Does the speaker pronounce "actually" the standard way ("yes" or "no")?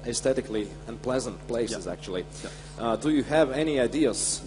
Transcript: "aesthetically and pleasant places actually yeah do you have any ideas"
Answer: no